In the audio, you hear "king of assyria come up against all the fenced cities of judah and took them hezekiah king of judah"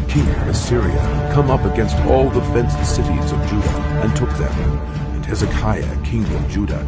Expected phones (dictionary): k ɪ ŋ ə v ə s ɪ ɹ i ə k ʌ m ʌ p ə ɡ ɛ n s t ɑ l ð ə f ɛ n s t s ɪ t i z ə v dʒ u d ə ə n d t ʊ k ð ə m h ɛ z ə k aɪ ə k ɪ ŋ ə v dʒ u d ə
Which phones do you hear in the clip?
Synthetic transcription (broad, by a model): k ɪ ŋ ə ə s ɪ ɹ i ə k ʌ m ʌ p ə ɡ ɛ n s t ɑ l ð ə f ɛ n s s ɪ t i z ə v dʒ u d ə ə n t ʊ k ð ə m h ɛ z ə k aɪ ə k ɪ ŋ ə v dʒ u d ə